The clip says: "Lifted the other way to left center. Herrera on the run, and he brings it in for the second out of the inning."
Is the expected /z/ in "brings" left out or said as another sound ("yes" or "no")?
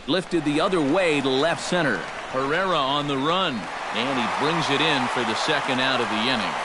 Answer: no